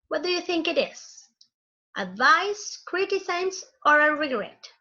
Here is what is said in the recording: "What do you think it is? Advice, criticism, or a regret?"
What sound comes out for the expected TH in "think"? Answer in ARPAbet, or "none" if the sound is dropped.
TH